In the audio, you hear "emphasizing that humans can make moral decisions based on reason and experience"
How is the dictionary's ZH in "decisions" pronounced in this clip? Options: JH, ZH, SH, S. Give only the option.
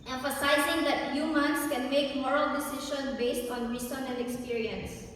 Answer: SH